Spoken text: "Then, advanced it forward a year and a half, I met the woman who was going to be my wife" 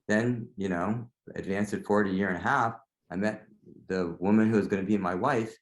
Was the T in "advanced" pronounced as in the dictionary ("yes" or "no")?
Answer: no